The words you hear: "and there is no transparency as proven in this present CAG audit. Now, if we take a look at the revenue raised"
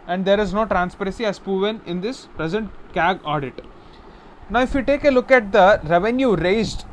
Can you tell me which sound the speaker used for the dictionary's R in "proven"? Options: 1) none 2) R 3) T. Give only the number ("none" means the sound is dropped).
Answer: 1